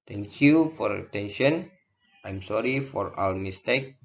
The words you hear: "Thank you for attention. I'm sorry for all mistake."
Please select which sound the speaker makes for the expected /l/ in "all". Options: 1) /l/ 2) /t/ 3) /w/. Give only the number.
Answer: 3